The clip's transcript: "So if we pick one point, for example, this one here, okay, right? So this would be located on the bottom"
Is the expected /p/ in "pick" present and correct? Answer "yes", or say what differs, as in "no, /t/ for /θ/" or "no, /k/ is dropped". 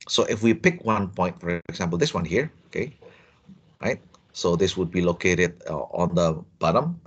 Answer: yes